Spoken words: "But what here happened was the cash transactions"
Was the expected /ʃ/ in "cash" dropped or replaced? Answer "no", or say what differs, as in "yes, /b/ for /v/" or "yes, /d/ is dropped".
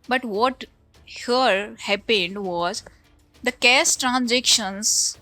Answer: yes, /s/ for /ʃ/